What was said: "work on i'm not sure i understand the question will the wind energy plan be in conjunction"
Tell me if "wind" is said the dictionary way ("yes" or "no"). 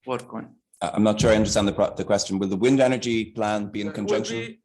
yes